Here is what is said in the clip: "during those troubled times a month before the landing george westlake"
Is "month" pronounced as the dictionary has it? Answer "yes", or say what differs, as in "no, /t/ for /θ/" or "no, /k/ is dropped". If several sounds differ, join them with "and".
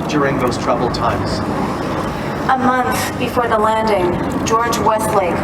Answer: yes